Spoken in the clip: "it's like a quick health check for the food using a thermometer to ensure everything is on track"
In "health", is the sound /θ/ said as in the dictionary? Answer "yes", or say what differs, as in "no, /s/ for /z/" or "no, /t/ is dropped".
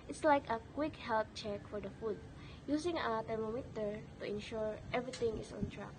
no, /t/ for /θ/